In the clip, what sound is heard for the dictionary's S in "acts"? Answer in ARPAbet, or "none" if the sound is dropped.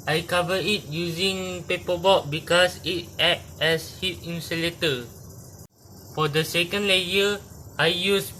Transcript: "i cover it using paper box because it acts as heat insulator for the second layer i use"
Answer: none